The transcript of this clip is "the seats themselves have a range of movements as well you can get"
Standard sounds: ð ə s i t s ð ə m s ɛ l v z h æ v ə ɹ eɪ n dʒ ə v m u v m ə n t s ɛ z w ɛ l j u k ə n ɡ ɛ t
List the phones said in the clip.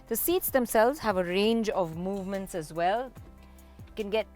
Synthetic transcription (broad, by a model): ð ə s i t s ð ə m s ɛ l v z h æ v ə ɹ eɪ n dʒ ə v m u v m ə n t s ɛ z w ɛ l k ə n ɡ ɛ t